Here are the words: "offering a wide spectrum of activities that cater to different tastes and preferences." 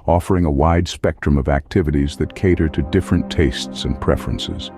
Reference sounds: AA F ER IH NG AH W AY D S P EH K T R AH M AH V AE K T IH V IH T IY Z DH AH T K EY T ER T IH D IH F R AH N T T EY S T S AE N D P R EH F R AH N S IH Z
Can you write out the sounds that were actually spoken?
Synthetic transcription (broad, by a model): AA F ER IH NG AH W AY D S P EH K T R AH M AH V AE K T IH V IH T IY Z DH AH T K EY T ER T IH D IH F R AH N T T EY S T S N P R EH F R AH N S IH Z